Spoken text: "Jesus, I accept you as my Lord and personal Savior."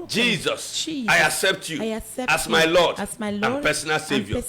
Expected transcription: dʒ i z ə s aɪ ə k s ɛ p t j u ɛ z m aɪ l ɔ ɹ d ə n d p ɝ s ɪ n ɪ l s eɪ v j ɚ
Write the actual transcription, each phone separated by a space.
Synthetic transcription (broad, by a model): dʒ i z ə s aɪ ə k s ɛ p t j u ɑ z m aɪ l ɔ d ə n p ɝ s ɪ n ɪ l s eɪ v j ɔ